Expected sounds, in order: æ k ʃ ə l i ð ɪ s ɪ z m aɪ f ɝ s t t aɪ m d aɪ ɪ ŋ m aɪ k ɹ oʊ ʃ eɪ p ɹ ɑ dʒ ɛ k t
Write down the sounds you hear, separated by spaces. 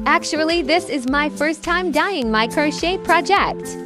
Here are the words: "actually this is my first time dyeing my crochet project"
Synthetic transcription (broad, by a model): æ k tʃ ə l i ð ɪ s ɪ z m aɪ f ɝ s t t aɪ m d aɪ ɪ ŋ m aɪ k ɹ oʊ ʃ eɪ p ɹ ɑ dʒ ɛ k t